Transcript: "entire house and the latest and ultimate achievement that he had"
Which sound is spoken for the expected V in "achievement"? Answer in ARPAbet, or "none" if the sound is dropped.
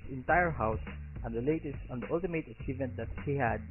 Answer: V